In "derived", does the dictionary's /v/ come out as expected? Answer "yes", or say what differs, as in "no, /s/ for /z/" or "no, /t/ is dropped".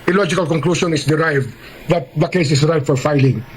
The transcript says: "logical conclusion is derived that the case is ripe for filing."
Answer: yes